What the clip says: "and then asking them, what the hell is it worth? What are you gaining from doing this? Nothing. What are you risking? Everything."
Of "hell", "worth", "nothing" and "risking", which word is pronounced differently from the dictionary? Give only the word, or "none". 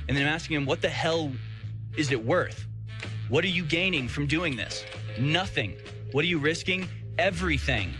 none